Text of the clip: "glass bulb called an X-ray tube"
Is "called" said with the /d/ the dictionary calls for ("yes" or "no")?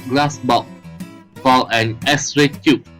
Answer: no